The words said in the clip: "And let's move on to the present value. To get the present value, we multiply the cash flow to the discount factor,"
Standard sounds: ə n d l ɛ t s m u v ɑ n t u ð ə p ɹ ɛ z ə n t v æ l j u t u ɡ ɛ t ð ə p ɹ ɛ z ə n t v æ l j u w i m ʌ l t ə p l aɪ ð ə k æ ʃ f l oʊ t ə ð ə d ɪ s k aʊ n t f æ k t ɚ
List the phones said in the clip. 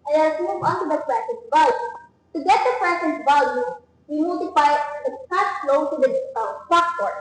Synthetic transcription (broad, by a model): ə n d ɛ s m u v ɑ n t u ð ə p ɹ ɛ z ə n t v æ l j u t u ɡ ɛ t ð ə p ɹ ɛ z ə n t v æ l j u w i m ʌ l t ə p l aɪ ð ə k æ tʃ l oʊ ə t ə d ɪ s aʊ t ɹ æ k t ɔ